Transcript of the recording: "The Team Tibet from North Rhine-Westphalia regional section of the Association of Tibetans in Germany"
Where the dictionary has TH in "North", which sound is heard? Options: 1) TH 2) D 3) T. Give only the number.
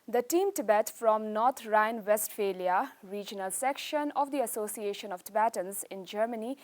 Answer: 3